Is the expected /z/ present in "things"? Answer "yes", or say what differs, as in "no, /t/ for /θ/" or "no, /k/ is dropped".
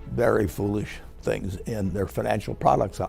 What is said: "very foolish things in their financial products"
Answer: yes